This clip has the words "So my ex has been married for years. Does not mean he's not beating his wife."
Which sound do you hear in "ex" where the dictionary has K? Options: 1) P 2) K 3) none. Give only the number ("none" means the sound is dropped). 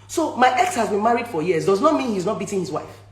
2